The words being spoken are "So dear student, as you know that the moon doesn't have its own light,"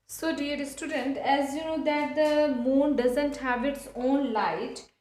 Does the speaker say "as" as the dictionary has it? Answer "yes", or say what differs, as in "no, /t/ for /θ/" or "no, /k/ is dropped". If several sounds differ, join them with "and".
yes